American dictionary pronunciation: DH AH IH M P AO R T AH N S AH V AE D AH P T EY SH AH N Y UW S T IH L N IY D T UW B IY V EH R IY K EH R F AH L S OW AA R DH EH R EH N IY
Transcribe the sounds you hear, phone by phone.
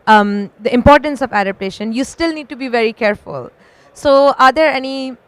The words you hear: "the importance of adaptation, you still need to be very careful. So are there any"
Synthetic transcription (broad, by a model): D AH IH M P AO R T AH N S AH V AE D AH P T EY SH AH N Y UW S T IH L N IY D T UW B IY V EH R IY K EH R F AH L S OW AA R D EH R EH N IY